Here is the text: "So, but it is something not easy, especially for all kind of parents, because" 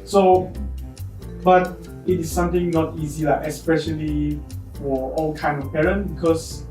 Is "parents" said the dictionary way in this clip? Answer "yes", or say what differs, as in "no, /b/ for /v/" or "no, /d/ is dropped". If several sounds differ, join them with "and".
no, /s/ is dropped